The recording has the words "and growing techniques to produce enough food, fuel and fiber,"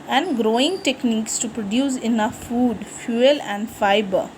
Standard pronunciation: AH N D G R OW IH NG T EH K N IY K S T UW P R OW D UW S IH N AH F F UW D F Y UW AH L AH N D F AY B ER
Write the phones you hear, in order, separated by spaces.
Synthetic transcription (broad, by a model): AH N D G R OW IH NG T EH K N IY K S T UW P R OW D UW S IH N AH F F UW D F Y UW AH L AH N D F AY B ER